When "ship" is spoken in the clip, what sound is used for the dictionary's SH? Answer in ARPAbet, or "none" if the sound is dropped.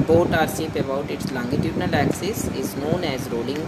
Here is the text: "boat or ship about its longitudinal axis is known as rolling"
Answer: S